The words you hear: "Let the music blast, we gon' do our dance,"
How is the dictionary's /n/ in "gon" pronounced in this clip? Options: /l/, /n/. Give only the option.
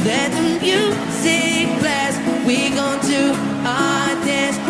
/n/